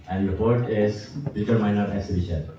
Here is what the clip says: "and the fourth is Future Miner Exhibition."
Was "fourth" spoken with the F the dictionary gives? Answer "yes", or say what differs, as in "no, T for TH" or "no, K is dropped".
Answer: no, P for F